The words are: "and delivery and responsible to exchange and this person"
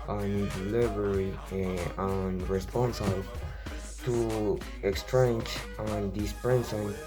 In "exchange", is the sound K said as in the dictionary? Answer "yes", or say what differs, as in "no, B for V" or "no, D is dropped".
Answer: yes